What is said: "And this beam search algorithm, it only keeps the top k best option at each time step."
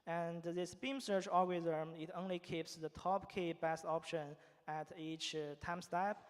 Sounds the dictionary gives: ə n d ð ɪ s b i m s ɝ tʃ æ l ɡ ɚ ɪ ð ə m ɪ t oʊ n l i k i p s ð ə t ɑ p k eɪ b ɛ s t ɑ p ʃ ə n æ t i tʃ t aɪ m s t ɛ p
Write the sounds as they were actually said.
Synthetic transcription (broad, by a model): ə n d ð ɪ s b i m s ɝ tʃ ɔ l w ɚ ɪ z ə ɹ ɪ t oʊ n l i k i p s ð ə t ɑ p k eɪ b ɛ s t ɑ p ʃ ə n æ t i tʃ t aɪ m s t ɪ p